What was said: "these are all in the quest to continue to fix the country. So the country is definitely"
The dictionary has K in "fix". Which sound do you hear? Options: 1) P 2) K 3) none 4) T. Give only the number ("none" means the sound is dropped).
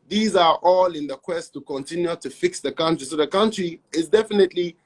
2